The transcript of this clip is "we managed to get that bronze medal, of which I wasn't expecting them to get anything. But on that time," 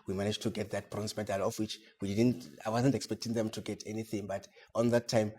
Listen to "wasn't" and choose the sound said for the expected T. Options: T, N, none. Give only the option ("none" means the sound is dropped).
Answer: T